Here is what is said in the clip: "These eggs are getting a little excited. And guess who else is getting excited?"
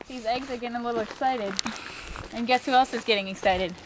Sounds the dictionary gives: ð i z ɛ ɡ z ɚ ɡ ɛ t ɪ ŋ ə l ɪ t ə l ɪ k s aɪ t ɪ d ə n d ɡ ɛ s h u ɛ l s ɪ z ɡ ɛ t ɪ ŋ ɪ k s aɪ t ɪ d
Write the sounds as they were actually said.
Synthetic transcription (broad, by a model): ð i z ɛ ɡ z ɚ ɡ ɛ t ɪ ŋ ə l ɪ t l ɪ k s aɪ t ɪ d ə n ɡ ɛ s h u ɛ l s ɪ z ɡ ɛ t ɪ ŋ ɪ k s aɪ t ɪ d